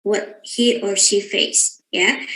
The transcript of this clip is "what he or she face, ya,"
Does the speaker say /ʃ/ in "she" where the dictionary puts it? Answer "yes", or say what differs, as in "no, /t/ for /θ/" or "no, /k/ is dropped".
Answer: yes